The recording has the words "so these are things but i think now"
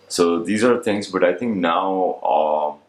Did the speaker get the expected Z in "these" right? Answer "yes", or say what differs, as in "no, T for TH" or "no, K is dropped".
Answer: yes